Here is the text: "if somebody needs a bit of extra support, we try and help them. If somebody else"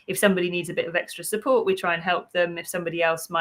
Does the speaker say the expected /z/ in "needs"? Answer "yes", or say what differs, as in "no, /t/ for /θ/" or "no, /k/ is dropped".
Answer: yes